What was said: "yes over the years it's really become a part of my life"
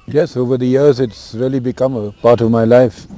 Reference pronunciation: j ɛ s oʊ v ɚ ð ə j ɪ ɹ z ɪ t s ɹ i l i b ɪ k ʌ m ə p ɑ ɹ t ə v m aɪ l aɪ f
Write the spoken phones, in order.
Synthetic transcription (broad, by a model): j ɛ s oʊ v ɚ ð ə j ɪ ɹ z ɪ t s ɹ i l i b ɪ k ʌ m ə p ɑ ɹ t ə v m aɪ l aɪ f